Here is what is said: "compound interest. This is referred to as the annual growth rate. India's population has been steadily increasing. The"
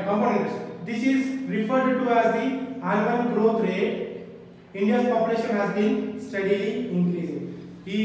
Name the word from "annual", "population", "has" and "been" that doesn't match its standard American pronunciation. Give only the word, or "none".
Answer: annual